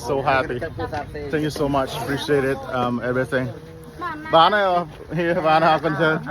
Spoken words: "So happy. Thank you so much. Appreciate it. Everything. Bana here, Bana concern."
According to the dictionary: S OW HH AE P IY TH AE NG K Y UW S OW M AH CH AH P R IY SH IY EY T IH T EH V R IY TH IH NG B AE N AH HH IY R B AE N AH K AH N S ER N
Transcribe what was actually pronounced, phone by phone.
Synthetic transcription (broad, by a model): S OW HH AE P IY TH AE NG K Y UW S OW M AH CH AH P R IY SH IY EY T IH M EH V R IY TH IH NG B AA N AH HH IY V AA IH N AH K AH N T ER